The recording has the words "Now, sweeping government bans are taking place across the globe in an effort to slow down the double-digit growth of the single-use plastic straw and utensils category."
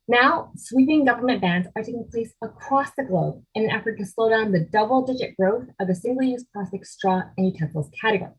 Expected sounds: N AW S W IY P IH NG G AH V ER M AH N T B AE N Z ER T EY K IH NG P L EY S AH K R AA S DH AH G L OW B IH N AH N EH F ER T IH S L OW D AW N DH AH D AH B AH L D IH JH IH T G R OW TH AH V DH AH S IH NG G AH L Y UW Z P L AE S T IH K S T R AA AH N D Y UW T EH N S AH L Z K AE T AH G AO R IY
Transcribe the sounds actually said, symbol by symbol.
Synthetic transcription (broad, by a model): N AW S W IY P IH NG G AH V ER M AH N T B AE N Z ER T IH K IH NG P L EY S AH K R AA S DH AH G L OW B IH N AH N EH F ER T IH S L OW D AW N DH AH D AH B L D IH JH IH T G R OW TH AH V DH AH S IH NG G L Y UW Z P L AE S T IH K S T R AA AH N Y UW T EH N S L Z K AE T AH G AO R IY